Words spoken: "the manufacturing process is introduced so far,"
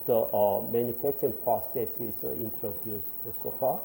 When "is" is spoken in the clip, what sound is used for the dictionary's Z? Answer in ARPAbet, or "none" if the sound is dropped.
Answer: S